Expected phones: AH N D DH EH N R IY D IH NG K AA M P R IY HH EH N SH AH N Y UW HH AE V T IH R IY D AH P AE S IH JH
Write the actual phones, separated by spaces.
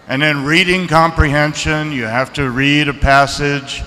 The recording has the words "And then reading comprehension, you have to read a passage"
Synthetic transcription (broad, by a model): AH N DH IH N R IY D IH NG K AA M P R IY HH EH N SH AH N Y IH HH AE F T IH R IY D AH P AE S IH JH